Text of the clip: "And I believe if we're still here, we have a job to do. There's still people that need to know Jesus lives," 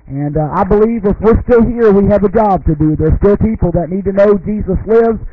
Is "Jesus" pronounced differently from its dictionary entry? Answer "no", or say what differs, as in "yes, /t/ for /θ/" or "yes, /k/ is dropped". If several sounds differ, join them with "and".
no